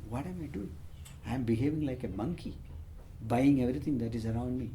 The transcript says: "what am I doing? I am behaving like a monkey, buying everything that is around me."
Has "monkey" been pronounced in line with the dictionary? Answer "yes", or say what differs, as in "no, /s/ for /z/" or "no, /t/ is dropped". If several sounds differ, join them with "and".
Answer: yes